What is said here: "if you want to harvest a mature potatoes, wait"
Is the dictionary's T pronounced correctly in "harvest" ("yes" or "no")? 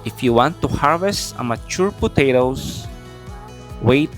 yes